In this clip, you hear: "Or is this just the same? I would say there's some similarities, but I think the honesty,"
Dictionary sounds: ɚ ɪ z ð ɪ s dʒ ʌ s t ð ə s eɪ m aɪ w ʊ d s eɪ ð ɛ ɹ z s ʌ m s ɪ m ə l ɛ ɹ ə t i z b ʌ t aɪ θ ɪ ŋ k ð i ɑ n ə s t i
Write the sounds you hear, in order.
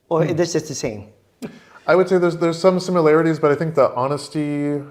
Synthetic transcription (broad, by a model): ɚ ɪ ð ɪ s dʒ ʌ s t ð ə s eɪ m aɪ w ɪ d s eɪ ð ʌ ɹ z s ʌ m s ɪ m ə l ɛ ɹ ə t i z b ʌ t aɪ θ ɪ ŋ k ð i ɑ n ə s t i